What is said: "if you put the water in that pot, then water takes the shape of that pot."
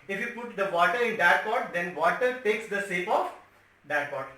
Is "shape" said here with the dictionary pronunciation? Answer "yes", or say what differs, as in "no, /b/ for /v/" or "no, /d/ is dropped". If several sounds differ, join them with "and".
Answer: no, /s/ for /ʃ/